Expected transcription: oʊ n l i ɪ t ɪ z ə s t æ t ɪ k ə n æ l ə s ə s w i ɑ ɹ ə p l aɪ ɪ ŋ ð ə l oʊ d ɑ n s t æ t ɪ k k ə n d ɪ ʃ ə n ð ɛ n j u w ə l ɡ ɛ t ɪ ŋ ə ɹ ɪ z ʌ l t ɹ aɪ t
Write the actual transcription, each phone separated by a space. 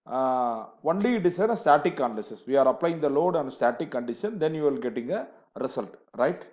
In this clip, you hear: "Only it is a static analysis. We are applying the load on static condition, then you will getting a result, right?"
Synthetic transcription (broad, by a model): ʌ n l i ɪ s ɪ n ə s t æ t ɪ k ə n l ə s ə s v i ɑ ɹ ə p l aɪ ɪ ŋ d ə l oʊ d ɑ n s t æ t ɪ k k ə n d ɪ ʃ ə n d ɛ n j u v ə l ɡ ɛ t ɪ ŋ ə ɹ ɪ s ʌ l t ɹ aɪ t